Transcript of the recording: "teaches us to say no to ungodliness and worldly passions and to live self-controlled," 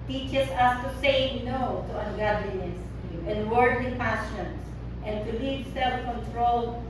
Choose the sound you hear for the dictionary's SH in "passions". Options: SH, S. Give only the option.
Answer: S